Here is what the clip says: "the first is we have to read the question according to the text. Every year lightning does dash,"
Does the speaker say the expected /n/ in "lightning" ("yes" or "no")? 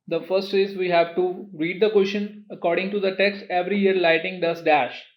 no